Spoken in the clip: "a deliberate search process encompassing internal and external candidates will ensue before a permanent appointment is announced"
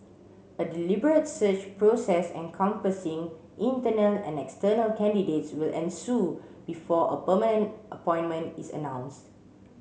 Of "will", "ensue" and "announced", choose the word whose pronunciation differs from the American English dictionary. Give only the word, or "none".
none